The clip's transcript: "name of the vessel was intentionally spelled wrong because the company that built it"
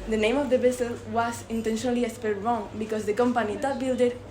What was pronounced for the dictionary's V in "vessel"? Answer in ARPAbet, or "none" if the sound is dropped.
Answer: B